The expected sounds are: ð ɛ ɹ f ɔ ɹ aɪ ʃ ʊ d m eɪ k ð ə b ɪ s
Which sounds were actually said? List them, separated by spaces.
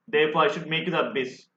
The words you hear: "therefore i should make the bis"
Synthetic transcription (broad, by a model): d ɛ ɹ f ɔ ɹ aɪ ʃ ʊ d m eɪ k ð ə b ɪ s